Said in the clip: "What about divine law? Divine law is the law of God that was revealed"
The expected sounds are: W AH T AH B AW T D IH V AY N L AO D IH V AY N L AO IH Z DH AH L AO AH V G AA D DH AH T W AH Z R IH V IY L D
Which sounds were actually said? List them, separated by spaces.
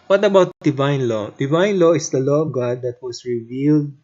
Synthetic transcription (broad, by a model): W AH T AH B AW T D IH V AY N L AO D IH V AY N L AO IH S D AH L AO AH V G AA D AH T W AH S R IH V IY L D